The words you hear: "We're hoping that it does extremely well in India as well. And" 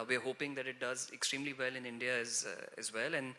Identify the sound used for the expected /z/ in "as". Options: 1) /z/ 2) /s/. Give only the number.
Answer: 1